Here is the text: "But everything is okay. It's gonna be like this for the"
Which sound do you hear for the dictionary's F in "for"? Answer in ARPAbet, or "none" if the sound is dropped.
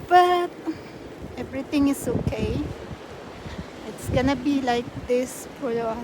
P